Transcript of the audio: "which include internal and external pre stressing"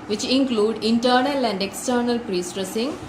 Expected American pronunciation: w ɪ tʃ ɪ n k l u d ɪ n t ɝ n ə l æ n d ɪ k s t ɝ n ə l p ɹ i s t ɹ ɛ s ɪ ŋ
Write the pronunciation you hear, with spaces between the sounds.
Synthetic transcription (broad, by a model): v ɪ tʃ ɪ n k l u d ɪ n t ɝ n ə l æ n d ɪ k s t ɝ n ə l p ɹ i s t ɹ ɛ s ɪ ŋ